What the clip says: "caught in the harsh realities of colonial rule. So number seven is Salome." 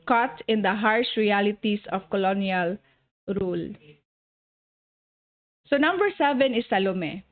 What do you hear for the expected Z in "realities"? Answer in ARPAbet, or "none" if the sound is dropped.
S